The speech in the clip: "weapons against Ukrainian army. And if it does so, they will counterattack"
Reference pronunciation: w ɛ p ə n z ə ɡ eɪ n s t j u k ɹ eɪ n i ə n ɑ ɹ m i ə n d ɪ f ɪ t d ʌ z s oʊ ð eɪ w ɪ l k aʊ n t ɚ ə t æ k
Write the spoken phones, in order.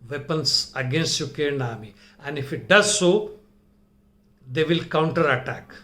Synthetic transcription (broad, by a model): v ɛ p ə n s ə ɡ eɪ n s t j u k eɪ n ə n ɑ m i ə n d ɪ f ɪ t d ʌ z s oʊ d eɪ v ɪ l k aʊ n t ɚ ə t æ k